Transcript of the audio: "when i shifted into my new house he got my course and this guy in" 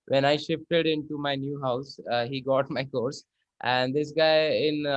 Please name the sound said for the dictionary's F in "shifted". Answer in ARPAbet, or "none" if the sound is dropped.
F